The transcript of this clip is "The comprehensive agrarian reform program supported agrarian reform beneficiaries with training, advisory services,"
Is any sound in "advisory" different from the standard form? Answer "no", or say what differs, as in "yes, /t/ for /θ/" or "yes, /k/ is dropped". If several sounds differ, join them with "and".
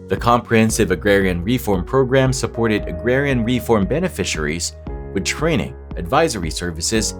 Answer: no